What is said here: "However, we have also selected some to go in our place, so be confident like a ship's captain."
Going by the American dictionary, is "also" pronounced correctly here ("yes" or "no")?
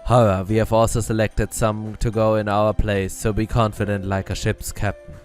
yes